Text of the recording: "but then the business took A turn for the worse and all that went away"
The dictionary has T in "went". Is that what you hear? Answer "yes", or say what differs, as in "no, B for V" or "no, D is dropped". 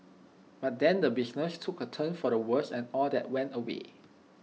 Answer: yes